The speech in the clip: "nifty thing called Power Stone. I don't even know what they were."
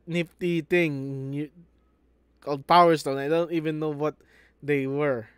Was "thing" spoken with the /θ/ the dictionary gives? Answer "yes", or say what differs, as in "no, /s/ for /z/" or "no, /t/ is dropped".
no, /t/ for /θ/